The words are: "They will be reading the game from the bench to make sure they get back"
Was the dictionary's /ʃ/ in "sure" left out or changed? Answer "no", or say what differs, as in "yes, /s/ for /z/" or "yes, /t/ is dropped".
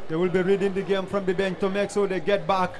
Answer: yes, /s/ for /ʃ/